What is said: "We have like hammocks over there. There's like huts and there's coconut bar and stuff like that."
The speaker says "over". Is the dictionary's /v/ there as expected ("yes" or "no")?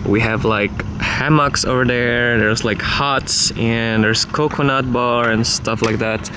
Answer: yes